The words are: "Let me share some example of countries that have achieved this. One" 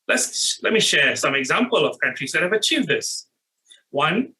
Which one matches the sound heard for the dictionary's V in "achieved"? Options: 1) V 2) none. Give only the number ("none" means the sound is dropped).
1